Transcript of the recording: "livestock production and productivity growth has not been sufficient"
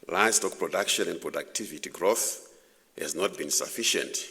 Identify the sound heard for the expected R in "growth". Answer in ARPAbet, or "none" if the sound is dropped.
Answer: R